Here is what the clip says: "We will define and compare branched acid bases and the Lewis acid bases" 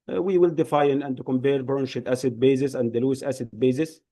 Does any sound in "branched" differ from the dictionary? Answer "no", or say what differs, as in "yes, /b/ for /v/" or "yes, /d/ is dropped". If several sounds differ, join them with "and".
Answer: yes, /ʃ/ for /tʃ/